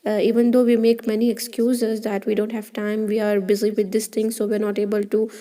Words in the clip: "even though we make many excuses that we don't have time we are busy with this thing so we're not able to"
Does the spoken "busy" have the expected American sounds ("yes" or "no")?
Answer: yes